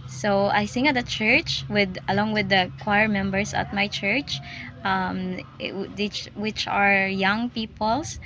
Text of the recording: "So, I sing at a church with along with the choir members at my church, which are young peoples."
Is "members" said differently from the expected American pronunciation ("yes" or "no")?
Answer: yes